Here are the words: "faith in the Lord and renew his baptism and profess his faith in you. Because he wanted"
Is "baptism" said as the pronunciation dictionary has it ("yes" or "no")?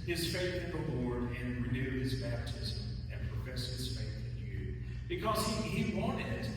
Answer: yes